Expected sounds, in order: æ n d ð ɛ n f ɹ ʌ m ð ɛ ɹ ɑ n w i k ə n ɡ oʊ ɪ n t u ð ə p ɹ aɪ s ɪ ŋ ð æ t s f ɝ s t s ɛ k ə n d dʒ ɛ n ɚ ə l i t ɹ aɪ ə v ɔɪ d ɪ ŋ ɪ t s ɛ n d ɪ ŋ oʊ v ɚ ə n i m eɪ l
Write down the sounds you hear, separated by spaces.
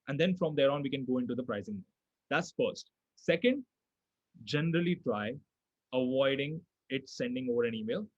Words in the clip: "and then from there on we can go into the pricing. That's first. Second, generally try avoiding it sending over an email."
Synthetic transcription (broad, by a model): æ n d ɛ n f ɹ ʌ m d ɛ ɹ ɑ n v i k ə n ɡ oʊ ɪ n t u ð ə p ɹ aɪ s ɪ ŋ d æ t s f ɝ s t s ɛ k ə n d dʒ ɛ n ɚ ə l i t l aɪ ə v ɔɪ d ɪ ŋ ɪ t s ɛ n d ɪ ŋ oʊ v ɚ ə n i m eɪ l